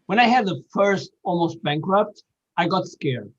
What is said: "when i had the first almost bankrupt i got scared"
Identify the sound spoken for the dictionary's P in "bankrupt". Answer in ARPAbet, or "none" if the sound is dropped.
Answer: P